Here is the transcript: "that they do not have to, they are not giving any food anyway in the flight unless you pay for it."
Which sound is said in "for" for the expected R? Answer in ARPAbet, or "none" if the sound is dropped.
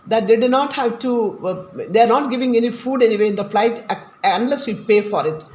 R